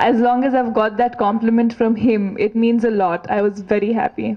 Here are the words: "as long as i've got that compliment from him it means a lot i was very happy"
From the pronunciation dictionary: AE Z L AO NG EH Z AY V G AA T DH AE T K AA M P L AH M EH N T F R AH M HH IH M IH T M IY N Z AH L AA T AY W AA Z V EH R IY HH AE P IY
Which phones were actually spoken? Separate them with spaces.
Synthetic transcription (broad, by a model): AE Z L AO NG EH Z AY V G AA T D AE T K AA M P L AH M EH N T F R AH M HH IH M IH T M IY N Z AH L AA T AY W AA Z V EH R IY HH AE P IY